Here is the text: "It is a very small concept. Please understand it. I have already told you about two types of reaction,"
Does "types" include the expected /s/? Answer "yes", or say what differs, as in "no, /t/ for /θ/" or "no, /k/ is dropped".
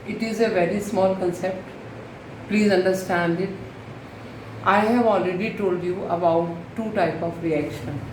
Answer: no, /s/ is dropped